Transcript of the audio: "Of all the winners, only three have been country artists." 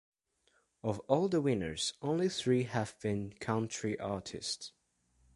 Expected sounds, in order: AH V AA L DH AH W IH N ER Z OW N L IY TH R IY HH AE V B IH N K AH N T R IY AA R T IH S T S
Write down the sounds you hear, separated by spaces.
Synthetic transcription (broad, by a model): AH V AA L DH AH W IH N ER Z OW N L IY TH R IY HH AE V B IH N K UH N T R IY AA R T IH S T S